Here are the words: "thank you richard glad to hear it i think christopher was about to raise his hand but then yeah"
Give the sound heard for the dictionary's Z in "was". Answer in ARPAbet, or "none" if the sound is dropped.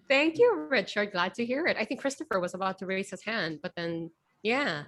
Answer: Z